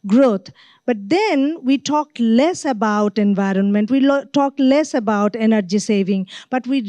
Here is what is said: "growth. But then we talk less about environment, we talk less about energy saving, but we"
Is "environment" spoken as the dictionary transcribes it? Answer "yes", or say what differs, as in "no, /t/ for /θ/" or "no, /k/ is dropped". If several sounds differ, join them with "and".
yes